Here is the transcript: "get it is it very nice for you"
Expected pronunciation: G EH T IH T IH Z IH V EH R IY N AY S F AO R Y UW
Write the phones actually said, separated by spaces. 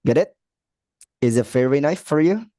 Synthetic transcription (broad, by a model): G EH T IH T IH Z IH F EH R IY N AY F AO R Y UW